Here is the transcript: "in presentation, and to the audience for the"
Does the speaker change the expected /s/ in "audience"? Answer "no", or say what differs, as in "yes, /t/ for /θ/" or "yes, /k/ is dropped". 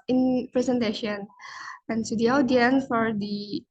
yes, /s/ is dropped